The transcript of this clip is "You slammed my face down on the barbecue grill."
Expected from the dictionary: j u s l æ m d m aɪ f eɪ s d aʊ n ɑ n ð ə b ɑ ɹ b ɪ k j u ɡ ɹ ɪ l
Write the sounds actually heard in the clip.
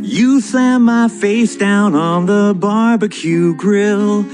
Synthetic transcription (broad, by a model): j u s æ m m aɪ f eɪ s d aʊ n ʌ n ð ə b ɑ ɹ b ɪ k j u ɡ ɹ ɪ l